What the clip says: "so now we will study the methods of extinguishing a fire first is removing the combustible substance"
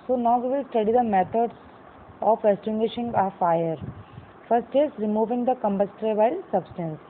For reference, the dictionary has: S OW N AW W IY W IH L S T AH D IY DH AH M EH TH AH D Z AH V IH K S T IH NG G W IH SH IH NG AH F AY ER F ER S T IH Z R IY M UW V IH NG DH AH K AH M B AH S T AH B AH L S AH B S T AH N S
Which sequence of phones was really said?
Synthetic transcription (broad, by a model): S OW N AW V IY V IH L S T AH D IY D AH M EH T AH D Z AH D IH S T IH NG G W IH SH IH NG AH F AY ER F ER S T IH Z R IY M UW V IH NG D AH K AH M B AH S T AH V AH L S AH B S T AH N S